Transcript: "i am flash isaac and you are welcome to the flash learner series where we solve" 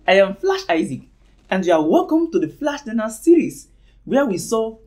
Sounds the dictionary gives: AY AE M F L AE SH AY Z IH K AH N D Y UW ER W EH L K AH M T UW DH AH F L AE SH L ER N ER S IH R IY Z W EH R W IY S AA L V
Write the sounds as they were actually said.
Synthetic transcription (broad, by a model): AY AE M F L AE SH AY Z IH K AH N D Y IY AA W EH L K AH M T UW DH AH F L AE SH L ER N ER S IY R IY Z W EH W IY S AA